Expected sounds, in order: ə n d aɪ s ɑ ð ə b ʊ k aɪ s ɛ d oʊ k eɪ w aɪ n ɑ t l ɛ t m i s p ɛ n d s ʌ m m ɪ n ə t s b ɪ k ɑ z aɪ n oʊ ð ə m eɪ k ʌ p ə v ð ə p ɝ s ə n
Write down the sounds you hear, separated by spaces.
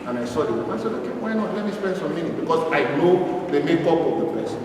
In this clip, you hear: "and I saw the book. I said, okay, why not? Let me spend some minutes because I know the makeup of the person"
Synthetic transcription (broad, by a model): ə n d aɪ s ɑ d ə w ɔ aɪ s ɛ d oʊ k eɪ w aɪ n ɑ t l ɛ t m i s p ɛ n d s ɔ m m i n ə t b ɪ k ɑ s aɪ n oʊ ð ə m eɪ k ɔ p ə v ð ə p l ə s